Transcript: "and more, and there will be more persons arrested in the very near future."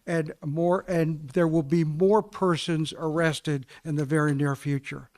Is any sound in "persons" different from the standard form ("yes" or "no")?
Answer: no